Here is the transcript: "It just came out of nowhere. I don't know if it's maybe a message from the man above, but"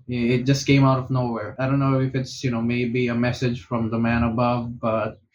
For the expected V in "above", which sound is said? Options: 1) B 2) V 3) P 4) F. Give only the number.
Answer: 2